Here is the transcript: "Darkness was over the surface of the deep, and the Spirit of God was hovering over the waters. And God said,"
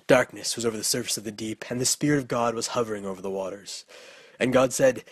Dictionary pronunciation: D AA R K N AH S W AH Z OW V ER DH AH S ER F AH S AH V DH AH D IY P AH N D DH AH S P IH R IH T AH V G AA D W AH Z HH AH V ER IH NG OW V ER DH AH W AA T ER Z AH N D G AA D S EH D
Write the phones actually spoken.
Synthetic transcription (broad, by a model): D AA R K N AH S W AH Z OW V ER DH AH S ER F AH S AH V DH AH D IY P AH N DH AH S P IH R IH T AH V G AA D W AH Z HH AH V ER IH NG OW V ER DH AH W AA T ER Z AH N G AA D S EH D